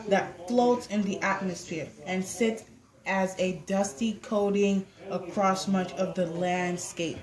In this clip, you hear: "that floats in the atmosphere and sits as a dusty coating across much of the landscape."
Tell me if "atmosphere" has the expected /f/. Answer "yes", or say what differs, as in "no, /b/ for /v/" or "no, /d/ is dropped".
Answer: yes